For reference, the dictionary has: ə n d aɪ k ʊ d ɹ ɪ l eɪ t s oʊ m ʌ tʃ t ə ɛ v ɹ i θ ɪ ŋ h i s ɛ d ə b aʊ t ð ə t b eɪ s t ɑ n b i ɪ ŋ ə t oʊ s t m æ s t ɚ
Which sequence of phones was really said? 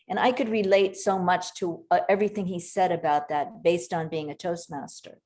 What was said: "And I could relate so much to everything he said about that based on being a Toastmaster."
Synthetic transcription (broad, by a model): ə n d aɪ k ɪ d ɹ ɪ l eɪ t s oʊ m ʌ tʃ t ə ɛ v ɹ i θ ɪ ŋ i s ɛ d ə b aʊ t ð ə t b eɪ s t n b i ɪ ŋ ə t oʊ s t m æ s t ɚ